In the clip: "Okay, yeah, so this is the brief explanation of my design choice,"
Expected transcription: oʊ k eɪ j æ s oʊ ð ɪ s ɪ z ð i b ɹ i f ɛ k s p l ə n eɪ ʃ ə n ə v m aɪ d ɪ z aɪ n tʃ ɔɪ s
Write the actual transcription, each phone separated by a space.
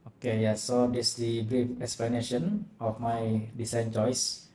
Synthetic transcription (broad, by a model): oʊ k eɪ j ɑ s oʊ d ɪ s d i b ɹ i f ɛ k s p l ə n eɪ ʃ ə n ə f m aɪ d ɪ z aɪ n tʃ ɔɪ s